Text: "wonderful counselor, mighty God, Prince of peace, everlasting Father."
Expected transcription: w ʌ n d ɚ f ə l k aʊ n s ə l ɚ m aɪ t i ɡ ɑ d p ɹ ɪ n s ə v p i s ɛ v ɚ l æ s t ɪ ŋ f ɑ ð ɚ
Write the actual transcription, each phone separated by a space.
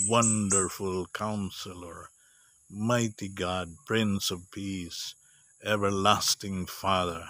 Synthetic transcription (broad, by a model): w ʌ n d ɚ f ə l k aʊ n s ə l ɚ m aɪ t i ɡ ɑ d p ɹ ɪ n s ə v p i s ɛ v ɚ l æ s t ɪ ŋ f ɑ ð ɚ